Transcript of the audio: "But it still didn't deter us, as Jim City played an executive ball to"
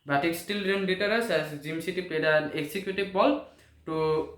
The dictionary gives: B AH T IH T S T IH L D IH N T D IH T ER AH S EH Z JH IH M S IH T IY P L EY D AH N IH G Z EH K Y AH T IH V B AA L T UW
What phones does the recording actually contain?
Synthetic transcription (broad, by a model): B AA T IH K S T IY L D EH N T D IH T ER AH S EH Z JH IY M S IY T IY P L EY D AH N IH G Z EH K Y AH T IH B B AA L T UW